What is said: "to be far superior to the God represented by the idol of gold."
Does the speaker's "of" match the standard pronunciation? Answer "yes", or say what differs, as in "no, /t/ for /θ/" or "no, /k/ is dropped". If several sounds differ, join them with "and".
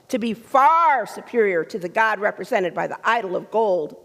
yes